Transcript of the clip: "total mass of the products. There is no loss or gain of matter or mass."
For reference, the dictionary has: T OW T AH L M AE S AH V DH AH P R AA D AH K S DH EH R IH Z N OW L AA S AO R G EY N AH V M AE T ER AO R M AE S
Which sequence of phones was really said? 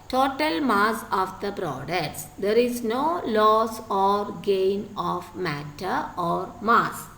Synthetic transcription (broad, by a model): T OW T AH L M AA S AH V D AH B R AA D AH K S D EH R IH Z N OW L AA S AO R G EY N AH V M AE T ER AO R M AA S